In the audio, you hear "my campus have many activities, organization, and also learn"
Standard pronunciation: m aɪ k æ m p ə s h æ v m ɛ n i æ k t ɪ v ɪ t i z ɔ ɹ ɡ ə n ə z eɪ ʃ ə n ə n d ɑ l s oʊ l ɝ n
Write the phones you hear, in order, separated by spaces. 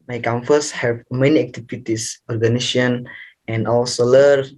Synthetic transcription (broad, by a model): m aɪ k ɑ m f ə s h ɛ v m ɛ n i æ k t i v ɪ t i s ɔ ɹ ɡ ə n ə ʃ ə n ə n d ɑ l s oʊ l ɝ